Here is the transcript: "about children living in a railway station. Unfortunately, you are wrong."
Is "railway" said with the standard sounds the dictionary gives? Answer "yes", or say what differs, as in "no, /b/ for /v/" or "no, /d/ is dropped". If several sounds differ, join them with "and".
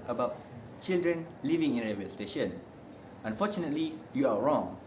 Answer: no, /l/ is dropped